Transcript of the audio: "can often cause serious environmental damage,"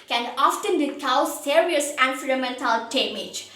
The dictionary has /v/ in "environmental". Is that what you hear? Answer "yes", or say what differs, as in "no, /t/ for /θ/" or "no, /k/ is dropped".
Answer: no, /f/ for /v/